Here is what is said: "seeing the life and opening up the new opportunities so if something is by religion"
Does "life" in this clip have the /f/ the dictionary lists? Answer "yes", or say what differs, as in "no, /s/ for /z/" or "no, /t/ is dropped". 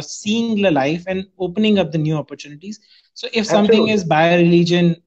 yes